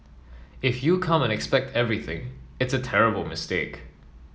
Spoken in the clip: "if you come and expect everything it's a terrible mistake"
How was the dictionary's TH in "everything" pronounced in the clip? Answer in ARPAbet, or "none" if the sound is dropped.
TH